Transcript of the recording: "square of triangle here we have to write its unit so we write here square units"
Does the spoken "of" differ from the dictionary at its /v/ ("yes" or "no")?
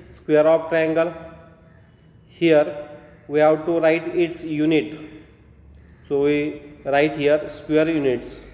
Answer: yes